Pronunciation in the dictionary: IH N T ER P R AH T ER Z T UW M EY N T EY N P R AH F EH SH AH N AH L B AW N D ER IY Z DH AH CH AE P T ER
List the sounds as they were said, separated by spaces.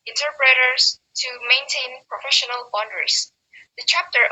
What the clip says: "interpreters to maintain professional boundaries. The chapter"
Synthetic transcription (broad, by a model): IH N T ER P R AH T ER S T UW M EY N T EY N P R AH F EH SH AH N AH L B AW N D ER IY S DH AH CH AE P T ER